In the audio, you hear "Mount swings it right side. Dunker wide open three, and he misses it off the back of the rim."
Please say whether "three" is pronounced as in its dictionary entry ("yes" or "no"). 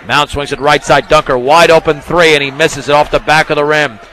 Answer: yes